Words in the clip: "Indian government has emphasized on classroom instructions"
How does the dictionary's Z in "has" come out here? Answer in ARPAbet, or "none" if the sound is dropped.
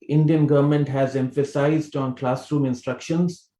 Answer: Z